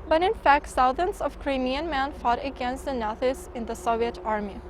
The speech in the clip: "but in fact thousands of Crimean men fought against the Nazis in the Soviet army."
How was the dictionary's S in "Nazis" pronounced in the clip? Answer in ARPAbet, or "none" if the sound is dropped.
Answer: none